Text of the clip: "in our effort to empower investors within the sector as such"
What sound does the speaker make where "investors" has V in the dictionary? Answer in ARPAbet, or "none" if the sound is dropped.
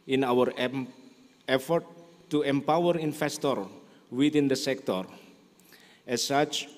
F